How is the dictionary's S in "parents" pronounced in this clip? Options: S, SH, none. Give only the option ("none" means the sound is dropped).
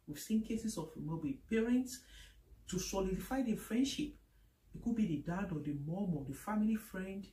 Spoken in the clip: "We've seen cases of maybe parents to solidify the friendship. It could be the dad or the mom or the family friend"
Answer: S